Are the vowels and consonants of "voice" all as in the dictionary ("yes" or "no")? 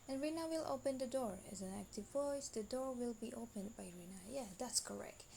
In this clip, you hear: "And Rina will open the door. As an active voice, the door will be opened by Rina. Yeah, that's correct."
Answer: yes